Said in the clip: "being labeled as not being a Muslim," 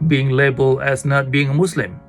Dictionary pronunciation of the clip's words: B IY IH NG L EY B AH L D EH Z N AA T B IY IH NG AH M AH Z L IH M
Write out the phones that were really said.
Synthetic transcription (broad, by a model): B IY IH NG L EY B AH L EH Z N AA T B IY IH NG AH M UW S L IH M